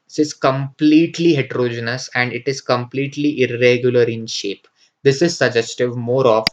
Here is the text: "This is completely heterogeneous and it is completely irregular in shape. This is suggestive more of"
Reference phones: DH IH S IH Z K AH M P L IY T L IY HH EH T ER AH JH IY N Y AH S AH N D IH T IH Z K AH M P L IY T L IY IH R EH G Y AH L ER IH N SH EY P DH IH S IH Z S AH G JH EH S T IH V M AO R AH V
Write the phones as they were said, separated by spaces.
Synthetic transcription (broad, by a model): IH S IH Z K AH M P L IY T L IY HH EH T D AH JH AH N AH S AH N D IH T IH Z K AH M P L IY T L IY IH R EH G Y AH L ER IH N SH EY P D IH S IH Z S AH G JH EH S T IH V M AO R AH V